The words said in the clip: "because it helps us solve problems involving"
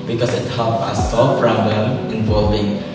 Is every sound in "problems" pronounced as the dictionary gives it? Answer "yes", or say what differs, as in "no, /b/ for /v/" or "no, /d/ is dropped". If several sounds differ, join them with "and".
no, /z/ is dropped